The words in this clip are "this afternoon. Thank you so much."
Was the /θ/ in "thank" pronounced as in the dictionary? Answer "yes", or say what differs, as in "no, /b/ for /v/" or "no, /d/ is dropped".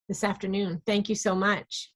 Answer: yes